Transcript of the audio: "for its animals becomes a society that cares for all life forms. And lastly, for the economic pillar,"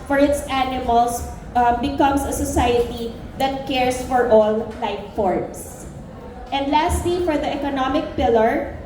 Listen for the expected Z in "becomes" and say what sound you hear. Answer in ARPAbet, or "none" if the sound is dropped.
S